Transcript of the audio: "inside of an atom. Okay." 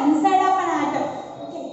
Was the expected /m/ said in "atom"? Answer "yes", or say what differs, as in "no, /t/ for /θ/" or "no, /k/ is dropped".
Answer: no, /m/ is dropped